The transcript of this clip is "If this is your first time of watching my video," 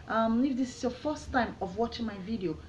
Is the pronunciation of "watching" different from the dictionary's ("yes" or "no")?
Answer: no